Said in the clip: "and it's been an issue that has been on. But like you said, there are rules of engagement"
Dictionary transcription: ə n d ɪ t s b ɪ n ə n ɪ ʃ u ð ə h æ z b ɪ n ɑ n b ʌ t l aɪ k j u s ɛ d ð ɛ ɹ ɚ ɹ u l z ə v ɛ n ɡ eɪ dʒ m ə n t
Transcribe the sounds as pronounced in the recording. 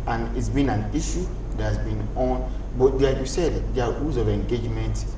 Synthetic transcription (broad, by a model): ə n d ɪ t s b ɪ n ə n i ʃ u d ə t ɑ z b ɪ n ɑ n b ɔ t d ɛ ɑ j u s ɛ d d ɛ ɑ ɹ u z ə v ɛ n ɡ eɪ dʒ m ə n t